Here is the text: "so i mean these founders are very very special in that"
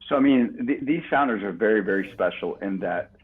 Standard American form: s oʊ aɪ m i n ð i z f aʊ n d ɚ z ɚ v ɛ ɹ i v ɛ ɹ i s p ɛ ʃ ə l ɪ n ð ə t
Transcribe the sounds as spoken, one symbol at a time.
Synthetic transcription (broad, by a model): s oʊ aɪ m i n ð i z f aʊ n d ɚ z ɚ v ɛ ɹ i v ɛ ɹ i s p ɛ ʃ l ɪ n ð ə t